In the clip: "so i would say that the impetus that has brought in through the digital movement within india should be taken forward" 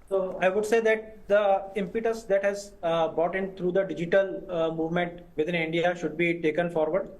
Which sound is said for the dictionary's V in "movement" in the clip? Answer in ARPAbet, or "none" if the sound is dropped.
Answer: V